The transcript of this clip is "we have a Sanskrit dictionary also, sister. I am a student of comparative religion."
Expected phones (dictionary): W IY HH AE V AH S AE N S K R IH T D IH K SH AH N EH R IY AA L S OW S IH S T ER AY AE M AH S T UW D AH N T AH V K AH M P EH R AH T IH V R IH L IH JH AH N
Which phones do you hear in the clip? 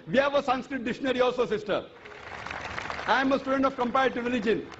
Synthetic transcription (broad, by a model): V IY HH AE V AH S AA N S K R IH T D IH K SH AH N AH R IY AA L S OW S IH S T ER AY M AH S T UW D AH N T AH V K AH M P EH AH T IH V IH L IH JH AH N